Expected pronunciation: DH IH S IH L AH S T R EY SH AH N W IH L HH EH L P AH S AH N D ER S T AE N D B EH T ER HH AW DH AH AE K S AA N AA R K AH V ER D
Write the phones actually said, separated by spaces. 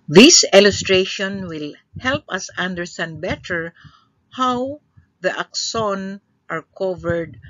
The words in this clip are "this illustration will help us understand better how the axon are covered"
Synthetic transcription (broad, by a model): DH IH S IH L AH S T R EY SH AH N W IH L HH EH L P AH S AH N D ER S T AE N D B EH T ER HH AW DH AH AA K S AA N AA R K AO V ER D